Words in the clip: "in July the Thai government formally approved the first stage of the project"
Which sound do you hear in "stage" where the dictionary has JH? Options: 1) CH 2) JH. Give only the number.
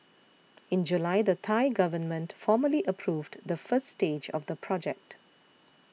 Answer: 2